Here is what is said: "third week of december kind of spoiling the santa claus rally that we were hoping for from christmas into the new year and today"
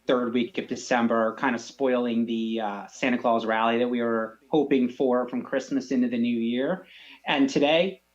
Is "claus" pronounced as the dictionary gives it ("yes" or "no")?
yes